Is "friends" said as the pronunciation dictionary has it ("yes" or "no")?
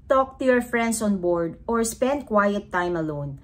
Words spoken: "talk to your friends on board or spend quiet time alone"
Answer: no